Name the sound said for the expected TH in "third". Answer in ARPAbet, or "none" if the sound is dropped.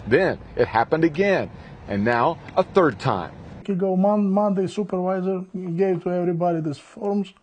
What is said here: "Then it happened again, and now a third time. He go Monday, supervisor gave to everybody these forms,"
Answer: TH